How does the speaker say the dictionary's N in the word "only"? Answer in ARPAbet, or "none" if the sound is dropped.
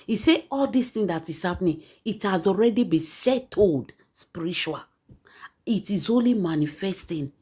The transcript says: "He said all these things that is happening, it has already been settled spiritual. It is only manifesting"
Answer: N